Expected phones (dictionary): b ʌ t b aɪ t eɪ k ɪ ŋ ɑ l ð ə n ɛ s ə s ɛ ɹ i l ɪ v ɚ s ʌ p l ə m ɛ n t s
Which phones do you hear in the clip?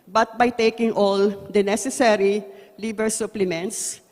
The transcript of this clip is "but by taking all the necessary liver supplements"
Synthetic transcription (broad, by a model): b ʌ t b aɪ t eɪ k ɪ ŋ ɑ l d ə n ɛ s ə s ɛ ɹ i l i b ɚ s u p l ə m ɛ n t s